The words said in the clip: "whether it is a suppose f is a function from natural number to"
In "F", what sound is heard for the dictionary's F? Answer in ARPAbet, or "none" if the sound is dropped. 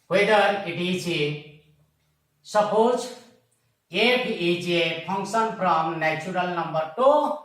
P